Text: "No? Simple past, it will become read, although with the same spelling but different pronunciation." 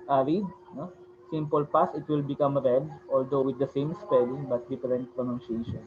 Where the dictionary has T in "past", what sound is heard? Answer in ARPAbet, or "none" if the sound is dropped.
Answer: none